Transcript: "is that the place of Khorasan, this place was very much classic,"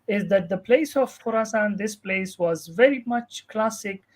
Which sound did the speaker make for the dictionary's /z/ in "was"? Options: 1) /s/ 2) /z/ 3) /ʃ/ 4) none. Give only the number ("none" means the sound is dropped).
2